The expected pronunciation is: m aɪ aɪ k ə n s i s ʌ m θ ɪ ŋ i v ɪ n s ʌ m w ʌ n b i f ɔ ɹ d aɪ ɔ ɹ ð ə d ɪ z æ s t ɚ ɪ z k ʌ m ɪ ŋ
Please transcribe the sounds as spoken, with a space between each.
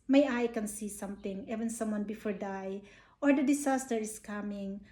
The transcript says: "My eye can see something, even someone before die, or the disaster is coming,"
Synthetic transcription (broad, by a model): m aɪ aɪ k ə n s i s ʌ m t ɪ ŋ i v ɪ n s ʌ m w ʌ n b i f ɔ ɹ d aɪ ɔ ɹ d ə d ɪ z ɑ s t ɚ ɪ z k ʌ m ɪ ŋ